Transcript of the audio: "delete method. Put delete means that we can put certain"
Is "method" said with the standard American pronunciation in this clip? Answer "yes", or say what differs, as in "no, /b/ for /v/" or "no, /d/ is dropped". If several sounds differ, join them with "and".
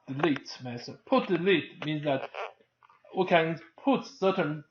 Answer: no, /s/ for /θ/